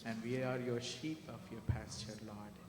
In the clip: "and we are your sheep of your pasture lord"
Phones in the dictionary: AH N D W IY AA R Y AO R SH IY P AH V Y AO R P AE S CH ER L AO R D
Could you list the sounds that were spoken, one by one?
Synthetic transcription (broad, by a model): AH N D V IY AA R Y AO R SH IY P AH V Y AO R P AE S CH ER L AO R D